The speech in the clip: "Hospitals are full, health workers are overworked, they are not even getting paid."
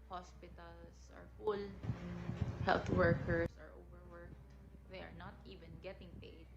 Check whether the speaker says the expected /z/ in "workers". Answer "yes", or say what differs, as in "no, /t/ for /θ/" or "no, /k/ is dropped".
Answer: no, /s/ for /z/